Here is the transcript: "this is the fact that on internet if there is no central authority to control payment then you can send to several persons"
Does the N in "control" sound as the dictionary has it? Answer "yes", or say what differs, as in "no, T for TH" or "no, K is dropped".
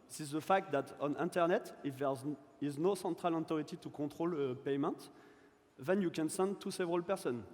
no, N is dropped